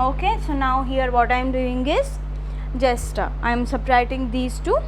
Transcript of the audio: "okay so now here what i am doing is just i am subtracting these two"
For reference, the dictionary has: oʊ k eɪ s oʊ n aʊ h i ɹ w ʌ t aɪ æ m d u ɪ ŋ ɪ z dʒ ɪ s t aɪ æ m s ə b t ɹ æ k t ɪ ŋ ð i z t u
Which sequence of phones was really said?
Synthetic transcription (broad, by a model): oʊ k eɪ s oʊ n aʊ h i ɹ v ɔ t aɪ m d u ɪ ŋ ɪ z dʒ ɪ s t aɪ m s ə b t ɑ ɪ t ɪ ŋ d i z t u